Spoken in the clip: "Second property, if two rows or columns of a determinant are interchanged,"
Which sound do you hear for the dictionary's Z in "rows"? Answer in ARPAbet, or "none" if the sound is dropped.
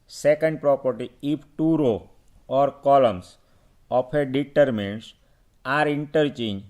none